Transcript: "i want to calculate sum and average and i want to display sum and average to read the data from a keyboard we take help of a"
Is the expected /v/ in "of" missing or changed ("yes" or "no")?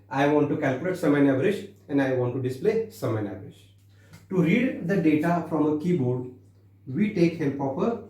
yes